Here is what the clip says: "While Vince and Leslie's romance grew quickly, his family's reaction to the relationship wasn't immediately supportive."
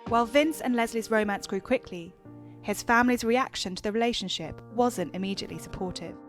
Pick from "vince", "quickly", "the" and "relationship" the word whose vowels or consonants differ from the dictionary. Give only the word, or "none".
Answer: none